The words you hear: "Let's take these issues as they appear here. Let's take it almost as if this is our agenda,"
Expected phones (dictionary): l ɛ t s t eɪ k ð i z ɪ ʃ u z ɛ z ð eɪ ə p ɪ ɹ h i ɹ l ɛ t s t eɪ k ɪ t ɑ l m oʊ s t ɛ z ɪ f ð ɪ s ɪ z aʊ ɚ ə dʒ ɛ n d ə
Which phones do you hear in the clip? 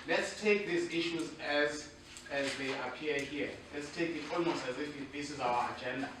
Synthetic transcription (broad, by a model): l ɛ t s t eɪ k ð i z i ʃ u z ɛ z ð eɪ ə p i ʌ h i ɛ l ɛ t s t eɪ k ɪ t ɑ l m oʊ s t ɛ z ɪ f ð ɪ s ɪ z aʊ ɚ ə dʒ ɛ n d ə